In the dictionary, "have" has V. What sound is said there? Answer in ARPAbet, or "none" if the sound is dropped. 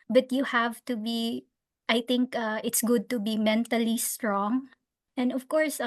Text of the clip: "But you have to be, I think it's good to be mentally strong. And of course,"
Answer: V